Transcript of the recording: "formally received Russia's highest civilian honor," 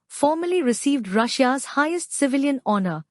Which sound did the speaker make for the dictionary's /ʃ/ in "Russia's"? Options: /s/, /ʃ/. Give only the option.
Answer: /ʃ/